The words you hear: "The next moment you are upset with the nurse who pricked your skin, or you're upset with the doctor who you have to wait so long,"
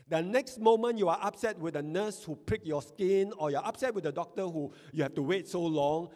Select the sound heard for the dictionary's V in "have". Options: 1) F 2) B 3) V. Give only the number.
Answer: 1